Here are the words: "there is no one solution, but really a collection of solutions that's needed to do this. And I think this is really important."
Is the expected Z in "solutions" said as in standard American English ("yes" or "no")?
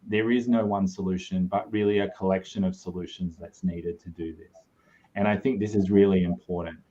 yes